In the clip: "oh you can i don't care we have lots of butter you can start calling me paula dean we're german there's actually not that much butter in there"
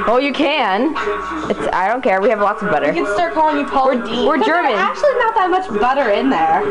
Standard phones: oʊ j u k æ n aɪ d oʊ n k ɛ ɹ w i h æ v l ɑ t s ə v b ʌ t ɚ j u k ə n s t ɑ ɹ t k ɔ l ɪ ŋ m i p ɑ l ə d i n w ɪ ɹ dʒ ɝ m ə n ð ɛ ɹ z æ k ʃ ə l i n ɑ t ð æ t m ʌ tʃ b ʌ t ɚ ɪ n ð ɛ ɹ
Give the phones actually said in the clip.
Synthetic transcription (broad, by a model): oʊ j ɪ k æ n aɪ d oʊ n k ɛ ɹ w i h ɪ v l ɑ t s ə v b ʌ t ɚ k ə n s t ɑ ɹ t k ɔ l ɪ ŋ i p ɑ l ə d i w ɪ ɹ dʒ ɝ m ə n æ k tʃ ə l i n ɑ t ð æ t m ʌ tʃ b ʌ t ɚ ɪ n ð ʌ ɹ